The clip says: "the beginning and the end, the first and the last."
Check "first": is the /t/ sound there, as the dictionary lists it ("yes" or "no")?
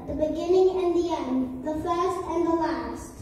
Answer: yes